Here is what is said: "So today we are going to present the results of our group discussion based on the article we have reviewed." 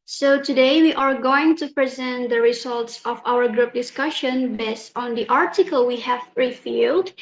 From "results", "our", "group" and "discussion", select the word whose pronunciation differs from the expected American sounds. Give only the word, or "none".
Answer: none